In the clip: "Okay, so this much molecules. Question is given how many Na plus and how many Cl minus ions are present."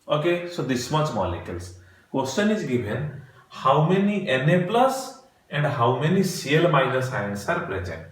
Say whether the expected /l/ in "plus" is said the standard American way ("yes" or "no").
yes